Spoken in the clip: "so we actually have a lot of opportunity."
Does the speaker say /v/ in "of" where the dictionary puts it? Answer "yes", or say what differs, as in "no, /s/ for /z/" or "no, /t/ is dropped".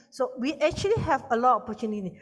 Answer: no, /p/ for /v/